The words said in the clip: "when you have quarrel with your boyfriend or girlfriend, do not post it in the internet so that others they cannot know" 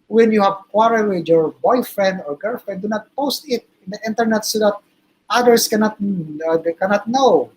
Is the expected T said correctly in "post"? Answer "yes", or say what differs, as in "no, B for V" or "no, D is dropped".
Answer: yes